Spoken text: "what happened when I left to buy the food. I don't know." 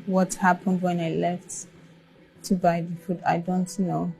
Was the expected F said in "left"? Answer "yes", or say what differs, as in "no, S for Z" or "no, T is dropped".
yes